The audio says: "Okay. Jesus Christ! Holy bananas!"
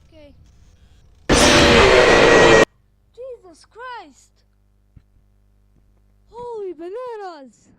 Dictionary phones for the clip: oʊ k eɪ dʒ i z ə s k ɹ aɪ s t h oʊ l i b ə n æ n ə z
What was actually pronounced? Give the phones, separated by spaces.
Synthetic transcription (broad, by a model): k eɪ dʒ i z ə s k ɹ aɪ s t h oʊ l i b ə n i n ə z